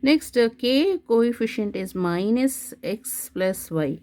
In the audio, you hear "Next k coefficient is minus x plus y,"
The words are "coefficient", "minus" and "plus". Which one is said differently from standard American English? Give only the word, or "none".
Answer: none